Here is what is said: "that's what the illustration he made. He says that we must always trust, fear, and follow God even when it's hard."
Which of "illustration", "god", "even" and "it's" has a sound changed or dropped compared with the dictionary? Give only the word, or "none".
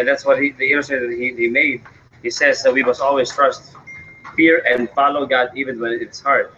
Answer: illustration